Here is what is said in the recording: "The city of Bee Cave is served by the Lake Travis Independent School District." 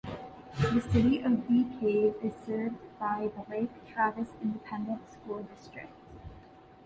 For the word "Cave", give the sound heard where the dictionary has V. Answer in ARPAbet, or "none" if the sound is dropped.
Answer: none